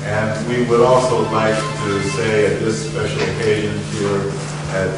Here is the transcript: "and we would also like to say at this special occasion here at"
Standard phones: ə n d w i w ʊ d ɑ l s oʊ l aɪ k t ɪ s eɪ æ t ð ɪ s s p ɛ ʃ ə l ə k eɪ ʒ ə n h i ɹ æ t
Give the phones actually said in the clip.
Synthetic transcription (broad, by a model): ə n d w i w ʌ d ɑ l s oʊ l aɪ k t ɪ s eɪ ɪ t ð ɪ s s p ɛ ʃ l ə k eɪ ʒ ə n h i ɹ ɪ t